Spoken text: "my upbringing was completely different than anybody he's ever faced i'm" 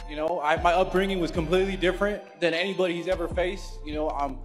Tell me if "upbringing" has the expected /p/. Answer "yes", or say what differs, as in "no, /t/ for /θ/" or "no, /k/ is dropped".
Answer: yes